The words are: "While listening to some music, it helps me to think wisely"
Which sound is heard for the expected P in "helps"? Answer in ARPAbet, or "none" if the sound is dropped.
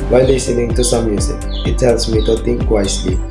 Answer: none